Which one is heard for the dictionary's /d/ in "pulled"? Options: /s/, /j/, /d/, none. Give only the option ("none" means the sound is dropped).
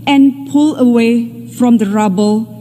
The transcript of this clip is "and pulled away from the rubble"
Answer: none